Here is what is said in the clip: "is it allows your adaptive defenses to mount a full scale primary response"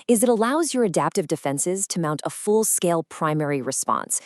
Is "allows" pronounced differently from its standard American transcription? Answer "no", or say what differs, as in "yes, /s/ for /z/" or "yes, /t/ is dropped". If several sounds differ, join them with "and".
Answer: no